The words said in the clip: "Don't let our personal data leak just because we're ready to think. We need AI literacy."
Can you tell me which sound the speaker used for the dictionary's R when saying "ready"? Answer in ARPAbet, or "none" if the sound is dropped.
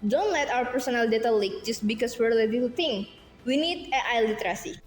L